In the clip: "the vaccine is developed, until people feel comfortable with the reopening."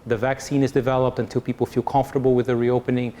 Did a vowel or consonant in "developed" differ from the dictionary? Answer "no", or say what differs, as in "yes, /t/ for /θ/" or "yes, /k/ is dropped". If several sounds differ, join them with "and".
no